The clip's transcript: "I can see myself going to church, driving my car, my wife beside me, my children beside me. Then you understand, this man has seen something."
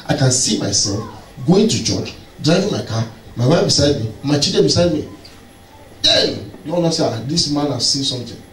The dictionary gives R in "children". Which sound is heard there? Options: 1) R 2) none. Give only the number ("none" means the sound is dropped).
2